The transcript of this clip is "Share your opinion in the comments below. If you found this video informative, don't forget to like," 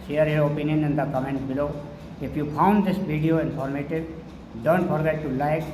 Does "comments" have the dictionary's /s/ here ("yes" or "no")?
no